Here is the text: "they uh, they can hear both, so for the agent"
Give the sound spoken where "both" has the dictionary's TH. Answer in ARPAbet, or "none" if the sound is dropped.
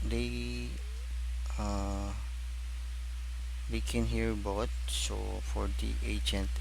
T